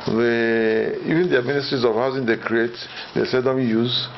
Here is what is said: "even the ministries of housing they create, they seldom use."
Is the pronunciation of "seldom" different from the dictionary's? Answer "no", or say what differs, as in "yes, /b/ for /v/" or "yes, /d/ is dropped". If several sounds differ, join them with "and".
yes, /l/ is dropped